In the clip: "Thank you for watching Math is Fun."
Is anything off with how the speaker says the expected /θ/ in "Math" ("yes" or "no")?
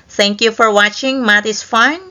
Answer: yes